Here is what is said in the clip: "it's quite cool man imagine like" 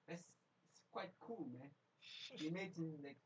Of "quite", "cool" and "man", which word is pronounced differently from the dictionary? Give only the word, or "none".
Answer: man